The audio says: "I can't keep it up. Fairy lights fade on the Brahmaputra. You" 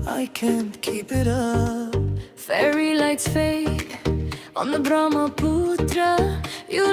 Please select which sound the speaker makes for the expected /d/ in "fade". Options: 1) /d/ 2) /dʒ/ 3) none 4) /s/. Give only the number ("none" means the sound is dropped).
3